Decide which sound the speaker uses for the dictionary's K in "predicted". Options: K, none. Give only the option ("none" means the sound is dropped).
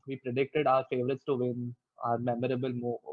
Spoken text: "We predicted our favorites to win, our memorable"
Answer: K